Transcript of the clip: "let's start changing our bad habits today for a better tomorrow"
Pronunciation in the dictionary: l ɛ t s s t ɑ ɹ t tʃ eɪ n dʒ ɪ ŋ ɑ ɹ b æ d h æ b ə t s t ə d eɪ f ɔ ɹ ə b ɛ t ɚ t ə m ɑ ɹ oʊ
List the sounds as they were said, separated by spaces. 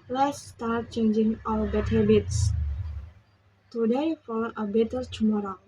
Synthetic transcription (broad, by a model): l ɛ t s s t ɑ ɹ t tʃ eɪ n dʒ ɪ ŋ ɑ l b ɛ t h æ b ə t s t ə d eɪ f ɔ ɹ ə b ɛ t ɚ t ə m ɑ ɹ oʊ